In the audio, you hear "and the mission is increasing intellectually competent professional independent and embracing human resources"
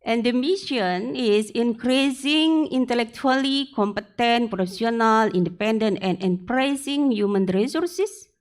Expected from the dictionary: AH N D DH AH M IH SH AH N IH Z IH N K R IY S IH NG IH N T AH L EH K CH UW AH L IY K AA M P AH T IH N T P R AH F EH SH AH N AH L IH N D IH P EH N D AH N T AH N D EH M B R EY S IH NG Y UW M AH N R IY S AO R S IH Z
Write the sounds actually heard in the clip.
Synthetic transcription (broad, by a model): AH N D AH M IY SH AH N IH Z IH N K R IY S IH NG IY N T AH L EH K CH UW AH L IY K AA M P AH T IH N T P R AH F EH S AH N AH L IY N D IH P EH N D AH N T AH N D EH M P R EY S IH NG Y UW M AH N R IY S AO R S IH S